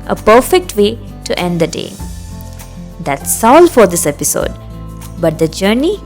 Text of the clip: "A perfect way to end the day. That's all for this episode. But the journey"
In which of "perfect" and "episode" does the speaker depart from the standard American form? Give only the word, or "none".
none